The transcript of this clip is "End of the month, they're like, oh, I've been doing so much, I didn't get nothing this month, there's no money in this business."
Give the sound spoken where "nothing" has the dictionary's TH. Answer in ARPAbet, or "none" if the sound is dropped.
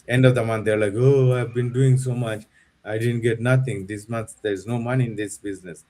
T